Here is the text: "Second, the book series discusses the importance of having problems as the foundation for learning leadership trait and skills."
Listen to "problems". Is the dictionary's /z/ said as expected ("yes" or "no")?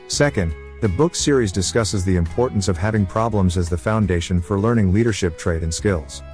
yes